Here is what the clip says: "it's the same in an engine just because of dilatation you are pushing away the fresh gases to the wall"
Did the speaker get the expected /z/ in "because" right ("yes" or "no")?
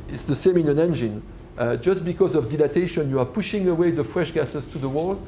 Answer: yes